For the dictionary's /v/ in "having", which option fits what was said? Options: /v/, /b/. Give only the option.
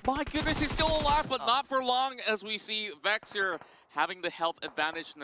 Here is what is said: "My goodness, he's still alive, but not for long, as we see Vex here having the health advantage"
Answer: /v/